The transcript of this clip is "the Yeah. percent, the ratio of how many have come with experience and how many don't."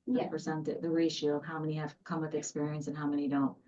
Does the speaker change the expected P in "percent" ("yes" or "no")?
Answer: yes